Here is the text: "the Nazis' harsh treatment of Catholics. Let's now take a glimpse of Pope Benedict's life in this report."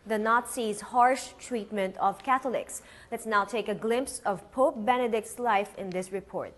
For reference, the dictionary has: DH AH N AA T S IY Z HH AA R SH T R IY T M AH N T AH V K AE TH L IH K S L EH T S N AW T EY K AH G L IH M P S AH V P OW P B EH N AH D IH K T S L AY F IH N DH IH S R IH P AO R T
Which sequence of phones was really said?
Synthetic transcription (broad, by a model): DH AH N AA T S IY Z HH AA R SH T R IY T M AH N T AH V K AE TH L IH K S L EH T S N AW T EY K AH G L IH M P S AH V P OW P B EH N AH D IH K T S L AY F IH N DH IH S R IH P AO R T